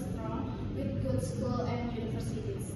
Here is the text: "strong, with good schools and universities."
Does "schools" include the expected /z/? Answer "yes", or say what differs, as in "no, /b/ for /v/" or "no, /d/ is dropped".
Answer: no, /z/ is dropped